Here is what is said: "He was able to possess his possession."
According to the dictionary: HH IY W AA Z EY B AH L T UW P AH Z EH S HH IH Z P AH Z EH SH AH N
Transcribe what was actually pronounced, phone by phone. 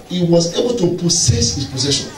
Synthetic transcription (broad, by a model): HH IY W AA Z EY B AH L T UW P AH S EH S HH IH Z P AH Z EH SH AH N